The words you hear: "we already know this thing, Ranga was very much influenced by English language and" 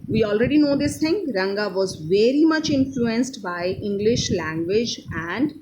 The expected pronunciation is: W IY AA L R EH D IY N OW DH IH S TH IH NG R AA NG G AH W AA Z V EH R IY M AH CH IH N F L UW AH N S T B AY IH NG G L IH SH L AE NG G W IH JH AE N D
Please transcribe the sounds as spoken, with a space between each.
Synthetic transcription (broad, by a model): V IY AA L R EH D IY N OW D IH S T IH NG R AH NG G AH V AA Z V EH R IY M AH CH IH N F L UW AH N S T B AY IH NG G L IH SH L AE NG G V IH JH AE N D